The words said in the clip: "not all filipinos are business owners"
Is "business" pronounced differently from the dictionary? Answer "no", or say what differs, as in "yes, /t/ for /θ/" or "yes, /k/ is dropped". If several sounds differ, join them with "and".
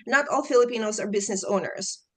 no